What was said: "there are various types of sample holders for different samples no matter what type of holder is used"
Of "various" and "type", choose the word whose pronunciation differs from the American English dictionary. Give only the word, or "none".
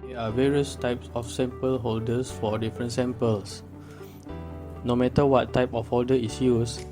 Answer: none